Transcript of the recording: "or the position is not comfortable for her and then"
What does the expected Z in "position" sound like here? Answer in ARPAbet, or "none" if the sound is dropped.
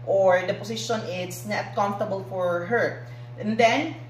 S